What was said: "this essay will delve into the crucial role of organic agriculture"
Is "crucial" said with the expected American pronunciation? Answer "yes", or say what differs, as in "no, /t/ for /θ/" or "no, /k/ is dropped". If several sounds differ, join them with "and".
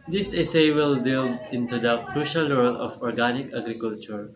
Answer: yes